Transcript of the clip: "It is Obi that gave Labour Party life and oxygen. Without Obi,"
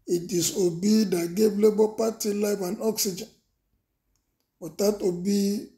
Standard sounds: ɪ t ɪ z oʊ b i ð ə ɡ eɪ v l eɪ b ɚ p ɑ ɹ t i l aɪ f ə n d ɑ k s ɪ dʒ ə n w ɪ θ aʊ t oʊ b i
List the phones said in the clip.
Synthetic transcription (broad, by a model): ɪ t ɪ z oʊ b i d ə ɡ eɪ b l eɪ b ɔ p ɑ t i l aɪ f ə n ɑ k s ɪ dʒ ə n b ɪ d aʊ t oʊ b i